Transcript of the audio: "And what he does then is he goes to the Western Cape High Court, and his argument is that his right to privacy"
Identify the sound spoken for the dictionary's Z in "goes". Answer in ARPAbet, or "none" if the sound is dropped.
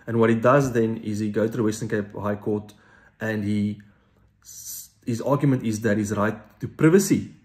none